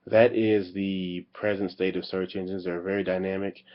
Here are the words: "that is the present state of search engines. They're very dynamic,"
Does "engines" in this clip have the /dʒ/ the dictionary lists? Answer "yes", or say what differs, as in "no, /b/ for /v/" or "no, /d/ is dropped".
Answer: yes